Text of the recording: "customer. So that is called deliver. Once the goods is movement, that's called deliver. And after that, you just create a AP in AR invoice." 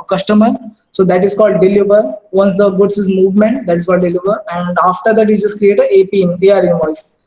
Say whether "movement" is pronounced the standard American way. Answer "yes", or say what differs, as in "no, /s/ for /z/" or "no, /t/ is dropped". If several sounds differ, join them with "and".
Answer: yes